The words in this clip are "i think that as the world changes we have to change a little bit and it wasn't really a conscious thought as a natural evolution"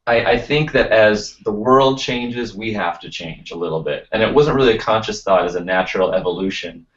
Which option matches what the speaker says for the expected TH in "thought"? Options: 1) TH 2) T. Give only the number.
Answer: 1